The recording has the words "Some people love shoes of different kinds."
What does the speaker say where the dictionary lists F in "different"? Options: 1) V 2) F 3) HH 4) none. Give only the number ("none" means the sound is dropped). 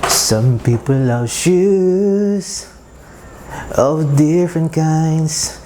2